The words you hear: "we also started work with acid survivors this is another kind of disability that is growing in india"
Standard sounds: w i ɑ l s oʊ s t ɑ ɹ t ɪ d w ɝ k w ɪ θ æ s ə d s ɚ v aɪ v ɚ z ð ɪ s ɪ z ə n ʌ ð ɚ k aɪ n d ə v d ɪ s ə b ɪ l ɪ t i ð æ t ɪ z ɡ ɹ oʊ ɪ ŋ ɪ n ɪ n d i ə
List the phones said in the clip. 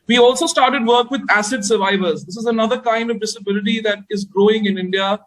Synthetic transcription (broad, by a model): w i ɑ l s oʊ s t ɑ ɹ t ɪ d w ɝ k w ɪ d æ s ə d s ɚ v aɪ v ɚ z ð ɪ s ɪ z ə n ʌ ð ɚ k aɪ n d ə v d ɪ s ə b ɪ l ɪ t i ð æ t ɪ z ɡ ɹ oʊ ɪ ŋ ɪ n ɪ n d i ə